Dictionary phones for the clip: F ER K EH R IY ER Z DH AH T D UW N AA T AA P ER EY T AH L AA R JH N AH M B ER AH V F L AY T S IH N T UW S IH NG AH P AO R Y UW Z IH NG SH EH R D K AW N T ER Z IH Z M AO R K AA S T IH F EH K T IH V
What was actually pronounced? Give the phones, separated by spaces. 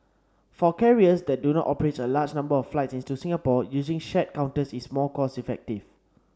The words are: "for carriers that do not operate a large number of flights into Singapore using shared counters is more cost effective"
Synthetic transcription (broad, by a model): F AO K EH R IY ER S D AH T D UW N AA T AA P ER EY T AH L AA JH N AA M B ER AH F L AY T S IH N T UW S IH NG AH P AO Y UW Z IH NG SH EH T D K AW N T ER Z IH S M AO L K AA S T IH F EH K T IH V